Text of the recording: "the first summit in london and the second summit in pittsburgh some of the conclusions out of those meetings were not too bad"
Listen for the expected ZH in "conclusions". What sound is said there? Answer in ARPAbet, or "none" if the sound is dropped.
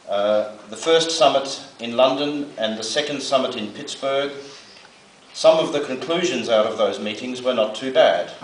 ZH